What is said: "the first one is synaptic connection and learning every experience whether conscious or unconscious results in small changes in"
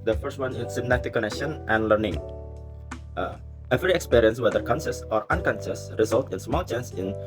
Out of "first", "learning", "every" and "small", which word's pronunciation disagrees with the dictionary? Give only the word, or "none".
none